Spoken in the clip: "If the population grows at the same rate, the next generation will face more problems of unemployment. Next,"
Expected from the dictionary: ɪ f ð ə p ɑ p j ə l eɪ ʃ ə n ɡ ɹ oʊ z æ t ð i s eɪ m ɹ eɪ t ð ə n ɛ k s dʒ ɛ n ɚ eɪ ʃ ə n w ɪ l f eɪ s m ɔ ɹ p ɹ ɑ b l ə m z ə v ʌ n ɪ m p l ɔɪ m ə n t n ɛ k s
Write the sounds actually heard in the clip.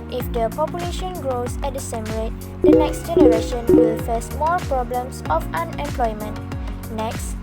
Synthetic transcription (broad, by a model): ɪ f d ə p ɑ p j ə l eɪ ʃ ə n ɡ ɹ oʊ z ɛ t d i s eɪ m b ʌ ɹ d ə n ɛ k s dʒ ɛ n ɚ eɪ ʃ ə n w ɪ l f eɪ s m ɔ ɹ p ɹ ɑ b l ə m s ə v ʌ n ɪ m p l ɔɪ m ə n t n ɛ k s